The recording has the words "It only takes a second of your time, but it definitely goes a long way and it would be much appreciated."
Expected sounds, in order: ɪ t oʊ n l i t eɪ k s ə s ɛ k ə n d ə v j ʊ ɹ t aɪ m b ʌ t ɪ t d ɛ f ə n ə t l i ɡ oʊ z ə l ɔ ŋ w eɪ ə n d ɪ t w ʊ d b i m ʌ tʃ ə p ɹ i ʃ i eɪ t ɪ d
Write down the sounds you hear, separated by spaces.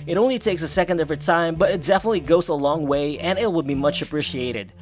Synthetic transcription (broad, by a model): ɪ t oʊ n l i t eɪ k s ə s ɛ k ə n d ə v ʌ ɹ t aɪ m b ʌ t ɪ t d ɛ f ə n ə t l i ɡ oʊ z ə l ɔ ŋ w eɪ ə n ɪ t w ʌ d b i m ʌ tʃ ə p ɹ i ʃ i eɪ t ɪ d